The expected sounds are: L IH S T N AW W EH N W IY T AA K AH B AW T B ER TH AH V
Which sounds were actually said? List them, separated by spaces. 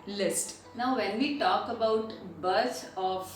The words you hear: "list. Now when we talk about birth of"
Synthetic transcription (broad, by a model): L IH S T N AW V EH N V IY T AA K AH B AW T B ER S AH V